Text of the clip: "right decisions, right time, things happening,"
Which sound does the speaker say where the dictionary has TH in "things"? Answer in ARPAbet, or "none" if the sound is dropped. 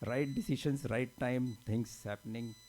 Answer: T